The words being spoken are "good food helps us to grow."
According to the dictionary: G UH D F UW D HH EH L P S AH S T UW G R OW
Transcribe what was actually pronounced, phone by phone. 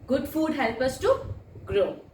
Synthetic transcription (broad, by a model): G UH D F UW D HH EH L P AH S T UW G R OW